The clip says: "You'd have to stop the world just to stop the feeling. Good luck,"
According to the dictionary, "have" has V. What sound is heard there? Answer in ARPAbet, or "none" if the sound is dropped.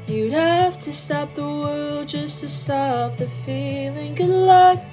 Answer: F